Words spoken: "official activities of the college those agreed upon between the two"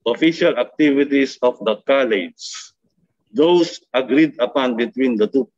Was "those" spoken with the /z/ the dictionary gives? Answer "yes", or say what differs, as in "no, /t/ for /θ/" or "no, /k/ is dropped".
no, /s/ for /z/